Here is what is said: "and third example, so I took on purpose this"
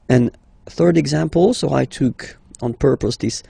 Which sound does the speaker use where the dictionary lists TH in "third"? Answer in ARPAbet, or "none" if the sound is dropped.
TH